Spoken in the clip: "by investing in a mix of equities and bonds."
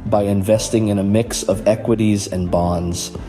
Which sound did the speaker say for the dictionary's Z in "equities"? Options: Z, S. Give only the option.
Z